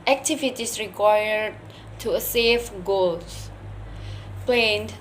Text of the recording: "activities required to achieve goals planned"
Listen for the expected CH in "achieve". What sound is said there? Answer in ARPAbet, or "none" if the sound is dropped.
S